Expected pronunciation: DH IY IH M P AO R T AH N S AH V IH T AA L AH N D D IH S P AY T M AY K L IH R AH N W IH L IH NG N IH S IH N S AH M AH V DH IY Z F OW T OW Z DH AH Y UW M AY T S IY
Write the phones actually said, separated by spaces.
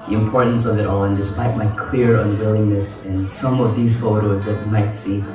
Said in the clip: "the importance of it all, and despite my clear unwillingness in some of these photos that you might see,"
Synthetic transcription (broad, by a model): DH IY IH M P AO R T N S AH V IH T AA L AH N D D IH S P AY T M AY K L IH R AH N W IH L IH NG N IH S IH N S AH M AH V DH IY Z F OW T OW Z DH AH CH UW M AY T S IY